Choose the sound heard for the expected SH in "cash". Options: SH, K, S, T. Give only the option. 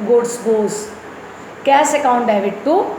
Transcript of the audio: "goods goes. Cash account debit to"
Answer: S